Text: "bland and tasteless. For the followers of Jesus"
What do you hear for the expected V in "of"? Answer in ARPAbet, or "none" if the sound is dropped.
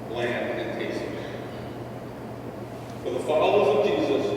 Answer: V